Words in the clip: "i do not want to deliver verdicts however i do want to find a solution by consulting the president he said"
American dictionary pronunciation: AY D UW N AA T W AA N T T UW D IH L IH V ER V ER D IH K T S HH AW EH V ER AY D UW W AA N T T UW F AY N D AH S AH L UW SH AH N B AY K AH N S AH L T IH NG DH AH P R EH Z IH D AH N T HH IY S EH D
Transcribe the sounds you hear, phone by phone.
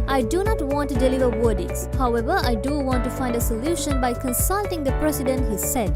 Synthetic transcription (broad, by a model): AY D UW N AA T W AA N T T UW D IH L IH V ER W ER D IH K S HH AW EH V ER AY D UW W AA N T T UW F AY N D AH S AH L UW SH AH N B AY K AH N S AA L T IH NG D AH P R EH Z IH D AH N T HH IY S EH D